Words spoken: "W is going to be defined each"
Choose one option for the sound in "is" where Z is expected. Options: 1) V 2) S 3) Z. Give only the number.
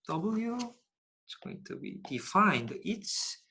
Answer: 2